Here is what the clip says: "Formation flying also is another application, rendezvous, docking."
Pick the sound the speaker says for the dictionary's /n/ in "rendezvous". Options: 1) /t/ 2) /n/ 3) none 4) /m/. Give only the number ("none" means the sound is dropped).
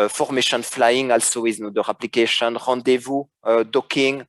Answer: 3